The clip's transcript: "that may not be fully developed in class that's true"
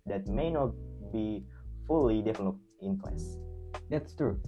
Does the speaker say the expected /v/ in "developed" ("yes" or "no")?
no